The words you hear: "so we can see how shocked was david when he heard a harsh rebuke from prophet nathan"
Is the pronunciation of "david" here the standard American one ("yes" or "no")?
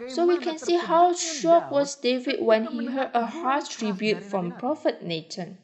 yes